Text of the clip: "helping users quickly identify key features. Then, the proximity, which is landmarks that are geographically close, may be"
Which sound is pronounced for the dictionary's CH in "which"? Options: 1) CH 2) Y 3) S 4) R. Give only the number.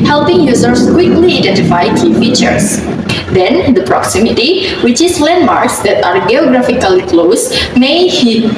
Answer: 1